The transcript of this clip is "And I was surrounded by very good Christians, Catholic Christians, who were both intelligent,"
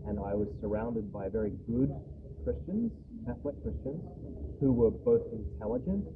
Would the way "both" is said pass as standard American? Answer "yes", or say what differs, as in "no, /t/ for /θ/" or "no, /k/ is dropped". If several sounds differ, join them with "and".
yes